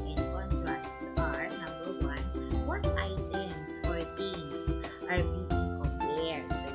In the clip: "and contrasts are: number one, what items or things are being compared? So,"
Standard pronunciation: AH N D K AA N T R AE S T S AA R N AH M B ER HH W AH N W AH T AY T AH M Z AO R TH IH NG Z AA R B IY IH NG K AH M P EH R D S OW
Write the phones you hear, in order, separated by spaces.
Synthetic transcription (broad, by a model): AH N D K AA N T R AE S T S AA R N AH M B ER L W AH N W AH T AY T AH M S AO R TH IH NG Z AA R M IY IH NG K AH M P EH R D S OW